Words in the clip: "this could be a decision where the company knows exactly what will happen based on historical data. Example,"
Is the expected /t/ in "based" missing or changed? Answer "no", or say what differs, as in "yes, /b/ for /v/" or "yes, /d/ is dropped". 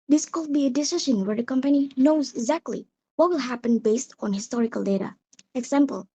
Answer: no